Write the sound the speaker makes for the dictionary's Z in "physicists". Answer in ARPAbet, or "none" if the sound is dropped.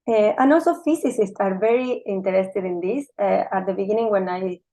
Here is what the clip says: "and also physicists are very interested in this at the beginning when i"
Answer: S